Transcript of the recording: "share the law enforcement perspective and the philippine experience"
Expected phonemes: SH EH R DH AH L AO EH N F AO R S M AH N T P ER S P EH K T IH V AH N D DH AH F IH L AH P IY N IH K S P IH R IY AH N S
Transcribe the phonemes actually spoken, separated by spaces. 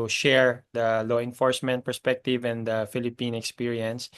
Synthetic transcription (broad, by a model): SH EH R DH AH L AO EH N F AO R S M AH N T P ER S P EH K T IH V AH N D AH F IH L AH P IY N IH K S P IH R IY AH N S